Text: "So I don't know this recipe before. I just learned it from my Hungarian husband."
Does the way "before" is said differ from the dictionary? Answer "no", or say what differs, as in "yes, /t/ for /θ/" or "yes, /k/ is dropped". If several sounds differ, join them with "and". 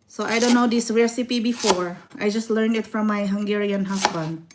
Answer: no